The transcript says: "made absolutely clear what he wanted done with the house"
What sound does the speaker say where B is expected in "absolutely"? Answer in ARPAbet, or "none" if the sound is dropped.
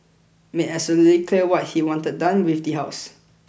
none